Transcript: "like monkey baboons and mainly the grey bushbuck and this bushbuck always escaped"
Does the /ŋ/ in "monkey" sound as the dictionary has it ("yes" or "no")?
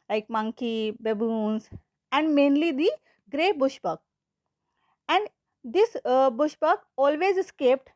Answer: yes